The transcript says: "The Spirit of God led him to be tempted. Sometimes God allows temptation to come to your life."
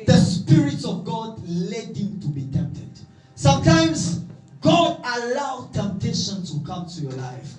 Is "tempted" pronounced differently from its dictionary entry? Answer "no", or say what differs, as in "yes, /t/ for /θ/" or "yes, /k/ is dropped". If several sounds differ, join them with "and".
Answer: no